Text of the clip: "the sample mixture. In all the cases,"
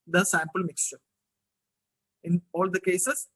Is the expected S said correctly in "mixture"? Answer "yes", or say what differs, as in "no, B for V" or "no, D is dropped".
yes